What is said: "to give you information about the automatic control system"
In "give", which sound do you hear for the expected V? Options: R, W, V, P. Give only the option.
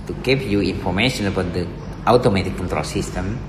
P